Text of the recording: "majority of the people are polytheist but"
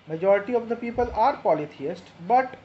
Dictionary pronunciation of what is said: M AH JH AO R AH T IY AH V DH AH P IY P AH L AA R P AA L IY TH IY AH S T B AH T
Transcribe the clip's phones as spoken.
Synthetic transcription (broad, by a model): M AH JH AO R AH T IY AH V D AH P IY P AH L AA R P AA L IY T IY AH S T B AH T